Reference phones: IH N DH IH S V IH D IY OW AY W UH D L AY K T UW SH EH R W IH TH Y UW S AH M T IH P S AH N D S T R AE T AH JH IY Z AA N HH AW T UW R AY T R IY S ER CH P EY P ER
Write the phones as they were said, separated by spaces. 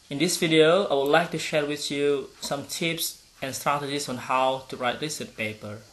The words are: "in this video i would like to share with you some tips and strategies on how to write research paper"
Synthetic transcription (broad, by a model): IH N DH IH S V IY D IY OW AY W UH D L AY K T UW SH EH R W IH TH Y UW S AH M T IH P S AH N S T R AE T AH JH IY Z AA N HH AW T UW R AY T L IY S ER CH P EY P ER